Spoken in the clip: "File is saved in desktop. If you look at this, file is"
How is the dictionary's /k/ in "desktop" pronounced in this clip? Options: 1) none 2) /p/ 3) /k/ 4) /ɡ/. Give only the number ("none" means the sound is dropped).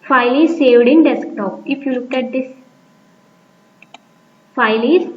3